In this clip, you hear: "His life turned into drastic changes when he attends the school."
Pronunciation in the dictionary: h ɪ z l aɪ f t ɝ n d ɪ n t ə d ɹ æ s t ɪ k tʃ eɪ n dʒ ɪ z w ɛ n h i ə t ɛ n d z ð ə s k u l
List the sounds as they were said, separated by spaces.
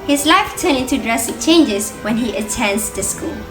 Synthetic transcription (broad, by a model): h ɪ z l aɪ f t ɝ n ɪ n t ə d ɹ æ s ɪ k tʃ eɪ n dʒ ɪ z w ɛ n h i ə t ɛ n d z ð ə s k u l